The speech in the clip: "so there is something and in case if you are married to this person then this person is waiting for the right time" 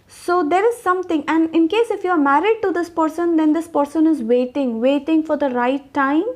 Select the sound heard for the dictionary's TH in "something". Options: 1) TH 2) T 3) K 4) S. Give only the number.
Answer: 2